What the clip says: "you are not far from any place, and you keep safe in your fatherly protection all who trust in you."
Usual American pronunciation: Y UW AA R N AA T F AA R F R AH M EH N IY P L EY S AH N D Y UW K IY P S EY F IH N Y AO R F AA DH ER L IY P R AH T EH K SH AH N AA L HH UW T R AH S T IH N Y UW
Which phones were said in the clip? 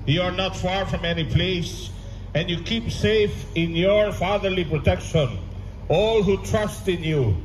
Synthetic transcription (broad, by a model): Y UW AA R N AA T F AA R F R AH M EH N IY P L EY S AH N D Y UW K IY P S EY F IH N Y AO R F AA DH ER L IY P R AH T EH K SH AH N AA L HH UW T R AH S T IH N Y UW